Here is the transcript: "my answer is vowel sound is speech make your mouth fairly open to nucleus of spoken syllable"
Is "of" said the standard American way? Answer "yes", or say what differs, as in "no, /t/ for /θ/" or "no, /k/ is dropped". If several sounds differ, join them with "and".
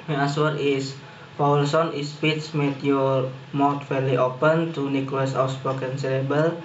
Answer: no, /w/ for /v/